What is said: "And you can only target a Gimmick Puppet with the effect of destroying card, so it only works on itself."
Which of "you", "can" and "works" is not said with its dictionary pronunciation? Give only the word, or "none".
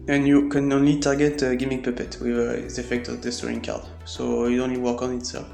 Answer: works